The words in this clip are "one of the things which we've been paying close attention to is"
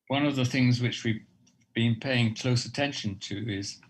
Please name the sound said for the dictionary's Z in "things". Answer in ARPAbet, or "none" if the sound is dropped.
Z